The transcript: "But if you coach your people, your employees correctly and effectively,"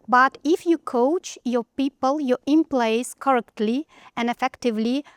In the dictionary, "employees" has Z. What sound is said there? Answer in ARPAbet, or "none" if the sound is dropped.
S